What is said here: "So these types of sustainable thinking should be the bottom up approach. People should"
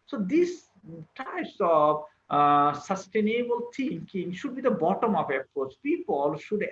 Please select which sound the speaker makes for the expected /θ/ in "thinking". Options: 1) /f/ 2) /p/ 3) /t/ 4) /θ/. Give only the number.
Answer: 3